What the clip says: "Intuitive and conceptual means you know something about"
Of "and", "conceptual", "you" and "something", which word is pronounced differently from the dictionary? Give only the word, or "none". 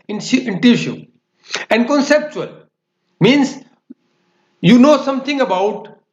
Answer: something